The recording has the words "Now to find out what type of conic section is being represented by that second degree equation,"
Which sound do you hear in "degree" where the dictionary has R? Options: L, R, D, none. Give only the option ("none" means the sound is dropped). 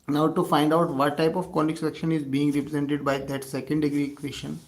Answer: R